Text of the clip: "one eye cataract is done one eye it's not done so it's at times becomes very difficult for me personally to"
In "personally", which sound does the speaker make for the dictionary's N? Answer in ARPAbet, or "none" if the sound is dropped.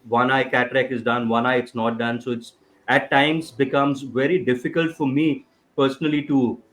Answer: N